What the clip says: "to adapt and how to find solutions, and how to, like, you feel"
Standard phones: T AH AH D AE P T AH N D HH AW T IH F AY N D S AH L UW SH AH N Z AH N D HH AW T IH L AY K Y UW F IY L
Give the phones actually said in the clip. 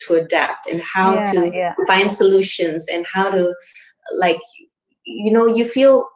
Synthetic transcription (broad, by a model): T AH AH D AE P T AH N HH AW T IH F AY N D S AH L UW SH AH N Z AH N HH AW T IH L AY K Y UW F IY L